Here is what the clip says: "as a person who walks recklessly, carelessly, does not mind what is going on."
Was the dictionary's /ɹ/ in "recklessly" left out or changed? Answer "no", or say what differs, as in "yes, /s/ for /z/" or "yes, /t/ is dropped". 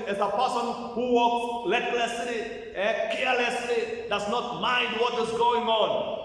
yes, /l/ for /ɹ/